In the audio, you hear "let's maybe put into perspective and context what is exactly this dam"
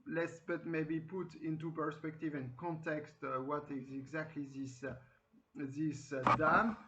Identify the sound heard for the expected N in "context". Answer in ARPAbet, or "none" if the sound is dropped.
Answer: N